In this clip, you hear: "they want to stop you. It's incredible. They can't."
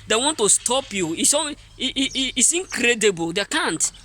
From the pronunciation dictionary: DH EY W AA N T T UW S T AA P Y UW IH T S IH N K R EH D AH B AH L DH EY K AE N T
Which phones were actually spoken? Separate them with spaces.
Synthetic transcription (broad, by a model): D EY W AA N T T UW S T AA P Y UW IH S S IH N K R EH D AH B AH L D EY K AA N T